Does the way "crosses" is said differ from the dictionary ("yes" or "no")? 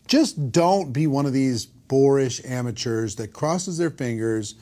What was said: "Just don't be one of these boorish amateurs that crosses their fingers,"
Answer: no